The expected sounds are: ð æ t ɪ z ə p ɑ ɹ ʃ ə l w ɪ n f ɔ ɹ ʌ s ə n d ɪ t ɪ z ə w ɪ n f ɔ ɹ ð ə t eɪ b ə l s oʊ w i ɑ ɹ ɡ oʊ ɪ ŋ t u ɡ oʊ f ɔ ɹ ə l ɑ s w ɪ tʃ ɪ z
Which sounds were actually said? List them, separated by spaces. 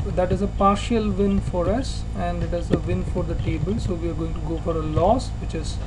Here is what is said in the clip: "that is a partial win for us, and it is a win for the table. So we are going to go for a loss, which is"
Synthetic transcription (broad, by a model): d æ t ɪ z ə p ɑ ɹ ʃ ə l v ɪ n f ɔ ɹ ʌ s ə n d ɪ t ɪ z ə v ɪ n f ɔ ɹ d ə t eɪ b ə l s oʊ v i ɑ ɹ ɡ oʊ ɪ ŋ t u ɡ oʊ f ɔ ɹ ə l ɑ s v ɪ tʃ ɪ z